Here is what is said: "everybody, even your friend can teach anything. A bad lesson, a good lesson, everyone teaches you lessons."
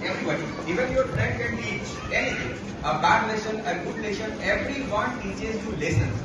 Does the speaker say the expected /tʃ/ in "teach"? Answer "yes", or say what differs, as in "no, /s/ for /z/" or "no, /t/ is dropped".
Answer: no, /tʃ/ is dropped